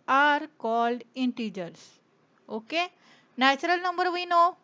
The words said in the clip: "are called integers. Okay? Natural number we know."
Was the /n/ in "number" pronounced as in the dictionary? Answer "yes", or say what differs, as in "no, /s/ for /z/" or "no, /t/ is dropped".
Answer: yes